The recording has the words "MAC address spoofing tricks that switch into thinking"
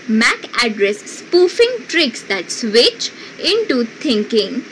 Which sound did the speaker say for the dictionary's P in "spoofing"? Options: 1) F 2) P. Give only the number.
2